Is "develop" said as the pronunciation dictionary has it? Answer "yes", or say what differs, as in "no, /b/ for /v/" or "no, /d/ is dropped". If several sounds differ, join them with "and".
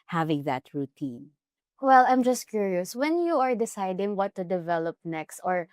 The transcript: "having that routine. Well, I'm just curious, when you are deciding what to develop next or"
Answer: yes